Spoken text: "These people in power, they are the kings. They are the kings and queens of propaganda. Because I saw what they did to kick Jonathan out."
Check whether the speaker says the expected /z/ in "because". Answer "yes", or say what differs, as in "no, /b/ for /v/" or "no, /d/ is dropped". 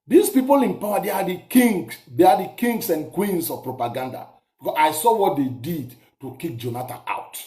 no, /z/ is dropped